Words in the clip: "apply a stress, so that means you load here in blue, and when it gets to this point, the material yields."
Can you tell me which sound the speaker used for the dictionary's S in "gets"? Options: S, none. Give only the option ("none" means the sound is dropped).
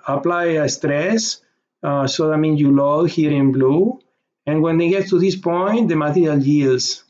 none